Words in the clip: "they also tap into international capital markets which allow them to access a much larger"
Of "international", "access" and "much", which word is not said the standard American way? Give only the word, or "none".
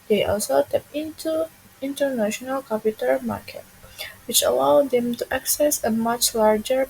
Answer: none